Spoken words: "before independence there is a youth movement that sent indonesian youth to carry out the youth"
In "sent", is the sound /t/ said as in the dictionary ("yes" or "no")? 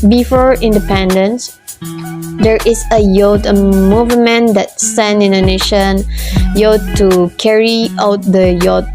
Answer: no